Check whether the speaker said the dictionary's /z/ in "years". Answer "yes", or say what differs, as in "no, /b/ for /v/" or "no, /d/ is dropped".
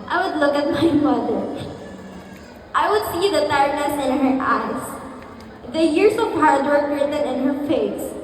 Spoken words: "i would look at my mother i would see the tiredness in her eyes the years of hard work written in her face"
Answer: no, /s/ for /z/